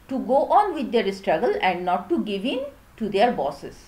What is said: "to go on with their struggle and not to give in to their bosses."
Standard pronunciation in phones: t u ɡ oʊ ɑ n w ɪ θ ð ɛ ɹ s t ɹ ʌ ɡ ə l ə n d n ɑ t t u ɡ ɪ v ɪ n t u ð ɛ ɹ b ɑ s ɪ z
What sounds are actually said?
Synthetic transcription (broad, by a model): t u ɡ oʊ ɑ n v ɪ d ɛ ɹ s t ɹ ʌ ɡ ə l ə n d n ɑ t t u ɡ ɪ v ɪ n t u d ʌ ɹ b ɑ s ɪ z